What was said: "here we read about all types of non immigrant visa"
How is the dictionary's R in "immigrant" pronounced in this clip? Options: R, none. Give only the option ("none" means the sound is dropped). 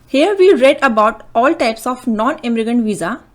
none